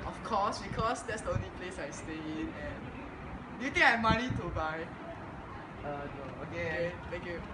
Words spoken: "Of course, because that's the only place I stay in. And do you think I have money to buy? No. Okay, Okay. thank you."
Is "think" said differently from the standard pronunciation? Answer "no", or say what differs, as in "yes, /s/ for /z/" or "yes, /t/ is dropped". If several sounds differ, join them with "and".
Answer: yes, /t/ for /θ/